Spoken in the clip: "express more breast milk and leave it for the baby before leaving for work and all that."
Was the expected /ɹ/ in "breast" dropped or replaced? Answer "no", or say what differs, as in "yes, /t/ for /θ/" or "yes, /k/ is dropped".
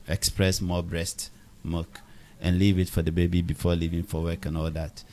no